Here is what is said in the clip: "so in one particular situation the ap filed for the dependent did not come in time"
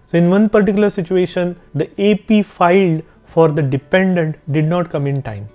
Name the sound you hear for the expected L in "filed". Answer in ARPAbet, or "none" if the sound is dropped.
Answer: L